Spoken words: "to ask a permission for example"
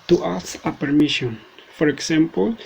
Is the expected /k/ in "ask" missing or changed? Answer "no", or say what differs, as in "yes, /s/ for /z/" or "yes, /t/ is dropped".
yes, /k/ is dropped